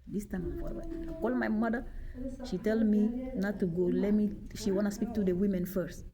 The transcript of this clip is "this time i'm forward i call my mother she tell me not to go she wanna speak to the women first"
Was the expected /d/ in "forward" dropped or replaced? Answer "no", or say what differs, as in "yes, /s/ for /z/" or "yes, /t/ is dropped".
yes, /d/ is dropped